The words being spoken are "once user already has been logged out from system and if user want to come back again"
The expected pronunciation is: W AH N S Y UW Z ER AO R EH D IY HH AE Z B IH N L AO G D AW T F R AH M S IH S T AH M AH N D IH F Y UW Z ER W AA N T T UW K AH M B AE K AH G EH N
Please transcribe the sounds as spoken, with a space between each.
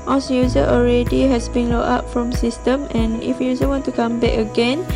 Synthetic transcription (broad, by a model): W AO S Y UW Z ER AO R EH D IY HH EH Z B IH N L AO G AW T F R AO M S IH S T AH M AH N IH F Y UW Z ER W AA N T T UW K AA M B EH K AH G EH N